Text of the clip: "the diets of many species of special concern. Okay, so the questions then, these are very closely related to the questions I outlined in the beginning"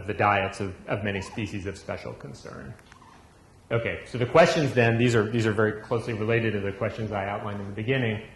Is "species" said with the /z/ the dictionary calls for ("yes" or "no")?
yes